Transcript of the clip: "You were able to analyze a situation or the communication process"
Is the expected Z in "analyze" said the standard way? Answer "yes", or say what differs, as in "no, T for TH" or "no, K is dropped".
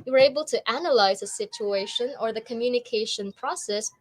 yes